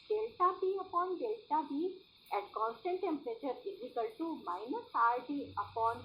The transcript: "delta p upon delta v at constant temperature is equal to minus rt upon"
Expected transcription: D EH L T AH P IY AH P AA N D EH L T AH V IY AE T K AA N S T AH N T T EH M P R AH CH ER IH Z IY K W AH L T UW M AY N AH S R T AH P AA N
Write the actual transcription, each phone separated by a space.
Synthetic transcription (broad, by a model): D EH L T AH B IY AH P AA N D EH L T AH B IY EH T K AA N S T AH N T T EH M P R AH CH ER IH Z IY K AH L T UW M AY N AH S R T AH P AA N